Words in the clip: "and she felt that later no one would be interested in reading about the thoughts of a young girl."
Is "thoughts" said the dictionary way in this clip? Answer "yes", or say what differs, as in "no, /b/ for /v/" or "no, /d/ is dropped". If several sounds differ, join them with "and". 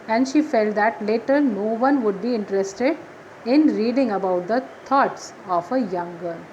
no, /t/ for /θ/